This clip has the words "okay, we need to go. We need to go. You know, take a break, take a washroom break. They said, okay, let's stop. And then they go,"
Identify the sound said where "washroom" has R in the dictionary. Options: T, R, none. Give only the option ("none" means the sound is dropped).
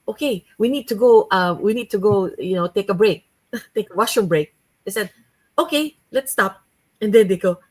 none